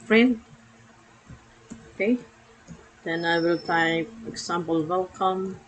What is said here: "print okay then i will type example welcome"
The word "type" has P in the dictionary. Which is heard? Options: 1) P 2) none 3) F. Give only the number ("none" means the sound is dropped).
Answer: 3